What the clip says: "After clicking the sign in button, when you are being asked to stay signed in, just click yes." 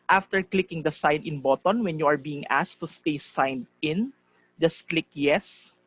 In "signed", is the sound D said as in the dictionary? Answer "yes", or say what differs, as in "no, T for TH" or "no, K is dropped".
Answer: yes